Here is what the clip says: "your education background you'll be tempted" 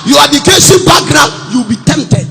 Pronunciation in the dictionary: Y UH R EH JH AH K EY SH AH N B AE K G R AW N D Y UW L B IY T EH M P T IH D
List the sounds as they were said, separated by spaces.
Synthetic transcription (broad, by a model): Y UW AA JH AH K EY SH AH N B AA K G R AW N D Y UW W B IY T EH M P T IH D